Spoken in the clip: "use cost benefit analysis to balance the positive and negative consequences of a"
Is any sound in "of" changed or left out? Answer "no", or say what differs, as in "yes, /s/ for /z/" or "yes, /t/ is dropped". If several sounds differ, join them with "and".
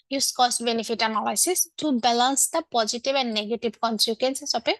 yes, /p/ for /v/